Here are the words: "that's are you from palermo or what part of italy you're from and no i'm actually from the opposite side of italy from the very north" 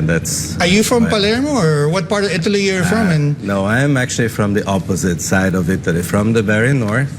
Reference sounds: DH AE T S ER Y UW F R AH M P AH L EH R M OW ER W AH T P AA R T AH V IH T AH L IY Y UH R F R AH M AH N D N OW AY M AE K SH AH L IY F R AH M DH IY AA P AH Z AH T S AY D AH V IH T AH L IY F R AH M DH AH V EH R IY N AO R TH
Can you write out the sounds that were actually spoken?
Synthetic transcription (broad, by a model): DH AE T S ER Y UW F R AH M P AH L EH R M OW ER W AH T P AA R T AH V IH T AH L IY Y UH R F R AH M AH N N OW AY M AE K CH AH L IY F R AH M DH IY AA P AH Z AH T S AY D AH V IH T AH L IY F R AH M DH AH B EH R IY N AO R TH